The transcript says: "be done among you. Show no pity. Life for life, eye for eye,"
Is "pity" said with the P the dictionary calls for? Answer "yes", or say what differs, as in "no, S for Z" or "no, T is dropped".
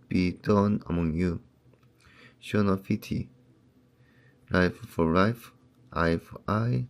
no, F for P